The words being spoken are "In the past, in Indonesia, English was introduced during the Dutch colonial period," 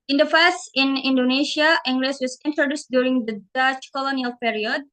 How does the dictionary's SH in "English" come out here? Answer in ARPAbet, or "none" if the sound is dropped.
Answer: S